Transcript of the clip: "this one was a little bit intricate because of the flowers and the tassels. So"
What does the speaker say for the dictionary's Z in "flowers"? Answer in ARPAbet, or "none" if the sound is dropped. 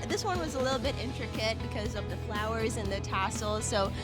Z